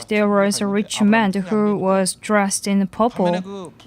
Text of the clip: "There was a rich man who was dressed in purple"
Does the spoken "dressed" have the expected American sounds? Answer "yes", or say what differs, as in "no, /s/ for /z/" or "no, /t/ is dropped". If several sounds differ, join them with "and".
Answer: yes